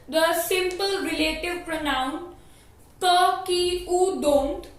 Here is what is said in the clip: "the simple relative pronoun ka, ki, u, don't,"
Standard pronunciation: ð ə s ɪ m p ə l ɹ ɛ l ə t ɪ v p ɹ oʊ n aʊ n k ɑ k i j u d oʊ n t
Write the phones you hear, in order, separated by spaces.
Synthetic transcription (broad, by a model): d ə s ɪ m p ə l ɹ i l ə t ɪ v p ɹ oʊ n aʊ n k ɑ k i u d oʊ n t